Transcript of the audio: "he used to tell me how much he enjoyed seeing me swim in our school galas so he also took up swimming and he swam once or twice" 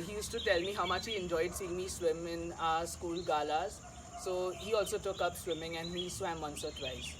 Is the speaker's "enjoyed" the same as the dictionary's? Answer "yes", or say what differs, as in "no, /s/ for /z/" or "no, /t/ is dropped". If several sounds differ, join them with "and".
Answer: yes